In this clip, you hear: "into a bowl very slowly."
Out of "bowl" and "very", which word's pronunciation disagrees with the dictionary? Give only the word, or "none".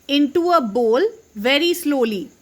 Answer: none